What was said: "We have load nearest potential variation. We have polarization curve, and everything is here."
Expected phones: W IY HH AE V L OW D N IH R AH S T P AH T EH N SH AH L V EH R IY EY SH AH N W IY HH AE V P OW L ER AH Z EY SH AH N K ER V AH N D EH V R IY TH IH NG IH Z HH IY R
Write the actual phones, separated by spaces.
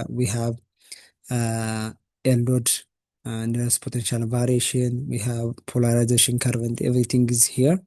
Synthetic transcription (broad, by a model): W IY HH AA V L OW D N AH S P AH T EH N SH AH L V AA R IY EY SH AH N W IY HH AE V P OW L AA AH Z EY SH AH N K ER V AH N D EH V R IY T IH NG IH Z HH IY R